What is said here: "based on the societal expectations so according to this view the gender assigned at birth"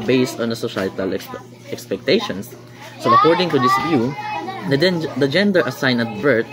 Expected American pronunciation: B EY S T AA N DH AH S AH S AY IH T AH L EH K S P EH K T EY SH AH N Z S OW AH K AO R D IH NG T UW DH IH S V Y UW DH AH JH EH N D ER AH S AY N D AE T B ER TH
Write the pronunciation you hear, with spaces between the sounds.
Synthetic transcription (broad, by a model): B EY S T AA N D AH S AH SH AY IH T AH L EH K S P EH K T EY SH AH N S OW AH K AO R D IH NG T UW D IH S V Y UW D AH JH EH N D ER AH S AY N AH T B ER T